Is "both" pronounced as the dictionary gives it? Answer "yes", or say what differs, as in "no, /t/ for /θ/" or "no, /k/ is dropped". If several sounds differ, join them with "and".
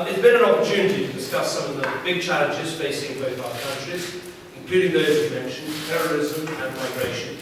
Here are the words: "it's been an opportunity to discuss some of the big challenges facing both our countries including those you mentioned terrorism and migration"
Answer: yes